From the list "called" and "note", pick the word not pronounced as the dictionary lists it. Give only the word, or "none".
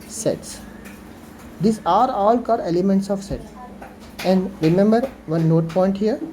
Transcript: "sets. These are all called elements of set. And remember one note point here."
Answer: called